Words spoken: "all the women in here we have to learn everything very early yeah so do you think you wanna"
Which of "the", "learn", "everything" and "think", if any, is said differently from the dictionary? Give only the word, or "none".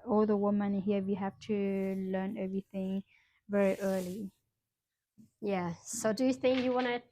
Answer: none